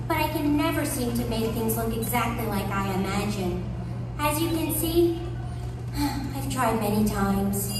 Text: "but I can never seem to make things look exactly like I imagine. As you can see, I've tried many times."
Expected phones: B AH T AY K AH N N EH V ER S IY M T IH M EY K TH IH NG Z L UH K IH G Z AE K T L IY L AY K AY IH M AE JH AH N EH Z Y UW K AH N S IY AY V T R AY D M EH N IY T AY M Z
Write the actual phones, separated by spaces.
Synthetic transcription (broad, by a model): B AH T AY K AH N N EH V ER S IY M T IH M EY K TH IH NG Z L UH K IH G Z AE K T L IY L AY K AY IH M AE JH AH N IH Z Y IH K AH N S IY AY V T R AY D M EH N IY T AY M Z